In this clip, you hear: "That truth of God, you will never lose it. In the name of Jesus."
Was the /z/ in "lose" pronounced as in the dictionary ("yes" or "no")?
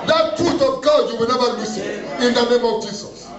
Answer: no